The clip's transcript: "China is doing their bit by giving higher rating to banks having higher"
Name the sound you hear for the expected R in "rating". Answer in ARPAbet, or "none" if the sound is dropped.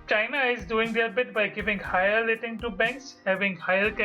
L